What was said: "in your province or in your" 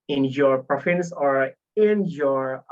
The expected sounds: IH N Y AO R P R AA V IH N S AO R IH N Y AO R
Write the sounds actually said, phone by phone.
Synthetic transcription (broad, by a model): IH N Y AO R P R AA F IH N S AO R IH N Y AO R